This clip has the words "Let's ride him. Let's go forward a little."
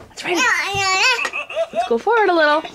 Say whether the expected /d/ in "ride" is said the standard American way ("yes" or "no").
no